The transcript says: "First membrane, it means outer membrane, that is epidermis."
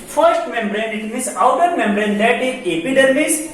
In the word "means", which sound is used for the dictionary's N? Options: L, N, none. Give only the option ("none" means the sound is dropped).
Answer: none